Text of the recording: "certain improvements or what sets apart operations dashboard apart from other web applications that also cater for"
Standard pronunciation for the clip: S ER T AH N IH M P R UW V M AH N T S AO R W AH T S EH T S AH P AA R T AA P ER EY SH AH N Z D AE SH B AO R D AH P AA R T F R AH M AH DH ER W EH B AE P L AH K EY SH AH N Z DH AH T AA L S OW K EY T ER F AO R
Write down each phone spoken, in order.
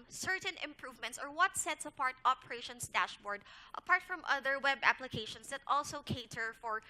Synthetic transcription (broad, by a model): S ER T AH N IH M P R UW V M AH N T S AO R W AH T S EH T S AH P AA R T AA P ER EY SH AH N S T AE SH B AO R D AH P AA R T F R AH M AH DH ER W EH B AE P L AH K EY SH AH N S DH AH T AA L S OW K EY T ER F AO R